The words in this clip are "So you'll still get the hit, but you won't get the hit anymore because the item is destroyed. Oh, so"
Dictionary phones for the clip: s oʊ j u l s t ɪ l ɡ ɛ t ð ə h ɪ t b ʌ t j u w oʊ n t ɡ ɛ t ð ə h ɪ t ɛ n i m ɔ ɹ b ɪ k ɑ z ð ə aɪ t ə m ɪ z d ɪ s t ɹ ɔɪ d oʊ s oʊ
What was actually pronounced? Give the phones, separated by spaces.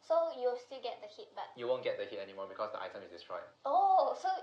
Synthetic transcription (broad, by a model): s oʊ j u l s t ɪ l ɡ ɛ t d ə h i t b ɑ t j u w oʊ n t ɡ ɛ t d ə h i t ɛ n i m ɔ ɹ b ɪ k ɑ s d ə aɪ t ə m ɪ s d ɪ s t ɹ ɔɪ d oʊ s oʊ